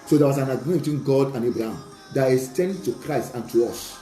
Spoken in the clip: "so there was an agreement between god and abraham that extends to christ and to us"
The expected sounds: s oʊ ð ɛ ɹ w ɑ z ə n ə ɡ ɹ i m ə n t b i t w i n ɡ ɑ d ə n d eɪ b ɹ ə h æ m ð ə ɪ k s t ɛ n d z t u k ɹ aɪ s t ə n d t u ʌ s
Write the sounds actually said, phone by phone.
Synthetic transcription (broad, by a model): s oʊ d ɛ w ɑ s ə n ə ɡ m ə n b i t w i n ɡ ɑ d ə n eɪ b ɹ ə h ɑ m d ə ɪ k s t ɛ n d t u k ɹ aɪ s t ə n t u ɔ s